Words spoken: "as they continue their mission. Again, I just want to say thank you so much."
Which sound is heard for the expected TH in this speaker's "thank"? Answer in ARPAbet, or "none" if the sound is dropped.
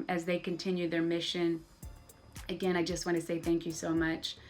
TH